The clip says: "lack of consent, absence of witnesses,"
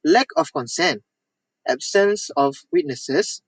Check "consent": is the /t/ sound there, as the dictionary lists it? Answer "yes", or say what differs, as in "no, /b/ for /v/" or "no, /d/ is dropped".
yes